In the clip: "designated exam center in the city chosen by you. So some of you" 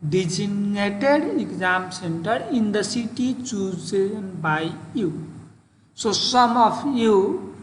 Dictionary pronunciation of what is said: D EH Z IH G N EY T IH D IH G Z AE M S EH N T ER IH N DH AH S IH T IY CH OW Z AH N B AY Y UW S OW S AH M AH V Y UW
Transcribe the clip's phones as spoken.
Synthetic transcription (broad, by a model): D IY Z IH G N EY T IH D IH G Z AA M S EH N T ER IH N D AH S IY T IY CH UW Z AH N B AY Y UW S OW S AH M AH P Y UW